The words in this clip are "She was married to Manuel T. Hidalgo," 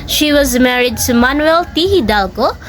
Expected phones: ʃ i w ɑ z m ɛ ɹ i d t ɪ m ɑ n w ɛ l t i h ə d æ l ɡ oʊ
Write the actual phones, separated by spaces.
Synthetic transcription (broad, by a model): ʃ i w ɑ z m ɛ ɹ i d t ɪ m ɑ n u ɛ l t i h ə d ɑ l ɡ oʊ